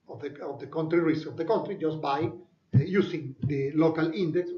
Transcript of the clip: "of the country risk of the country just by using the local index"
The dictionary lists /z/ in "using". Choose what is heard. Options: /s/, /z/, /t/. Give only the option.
/s/